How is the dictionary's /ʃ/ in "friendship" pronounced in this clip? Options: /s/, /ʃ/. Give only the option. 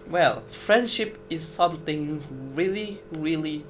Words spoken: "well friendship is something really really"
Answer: /ʃ/